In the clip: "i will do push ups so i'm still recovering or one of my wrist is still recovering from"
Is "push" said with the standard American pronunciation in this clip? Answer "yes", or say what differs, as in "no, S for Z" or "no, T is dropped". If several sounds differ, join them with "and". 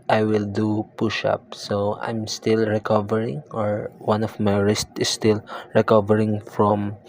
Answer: yes